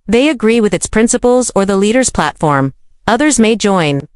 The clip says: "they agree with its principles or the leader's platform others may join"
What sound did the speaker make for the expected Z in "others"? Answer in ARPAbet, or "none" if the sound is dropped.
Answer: Z